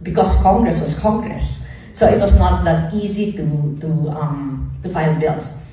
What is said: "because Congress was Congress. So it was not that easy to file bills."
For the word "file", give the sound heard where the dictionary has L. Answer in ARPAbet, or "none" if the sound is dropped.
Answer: N